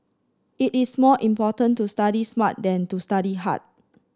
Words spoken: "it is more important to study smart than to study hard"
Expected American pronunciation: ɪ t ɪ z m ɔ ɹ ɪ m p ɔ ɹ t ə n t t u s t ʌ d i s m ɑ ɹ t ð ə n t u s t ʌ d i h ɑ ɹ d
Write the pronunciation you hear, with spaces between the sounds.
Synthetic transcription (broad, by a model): ɪ t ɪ s m ɔ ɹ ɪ m p ɔ t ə n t t u s t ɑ d i s m ɑ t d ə n t u s t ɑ d i h ɑ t